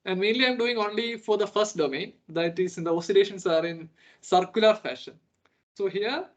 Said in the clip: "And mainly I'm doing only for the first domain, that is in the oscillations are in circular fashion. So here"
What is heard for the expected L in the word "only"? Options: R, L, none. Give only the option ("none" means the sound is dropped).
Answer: L